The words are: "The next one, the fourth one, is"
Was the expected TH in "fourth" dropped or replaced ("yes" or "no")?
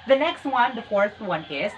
yes